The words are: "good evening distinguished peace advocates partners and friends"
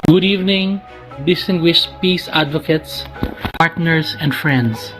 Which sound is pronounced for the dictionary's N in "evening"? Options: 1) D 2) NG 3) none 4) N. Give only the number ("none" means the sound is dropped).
4